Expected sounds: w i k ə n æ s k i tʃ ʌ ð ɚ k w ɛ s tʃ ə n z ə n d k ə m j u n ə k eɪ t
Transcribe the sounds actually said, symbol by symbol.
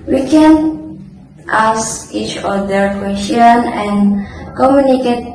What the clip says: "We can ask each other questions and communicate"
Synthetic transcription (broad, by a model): w i k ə n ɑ s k i tʃ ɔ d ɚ k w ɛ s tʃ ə n ə n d k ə m j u n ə k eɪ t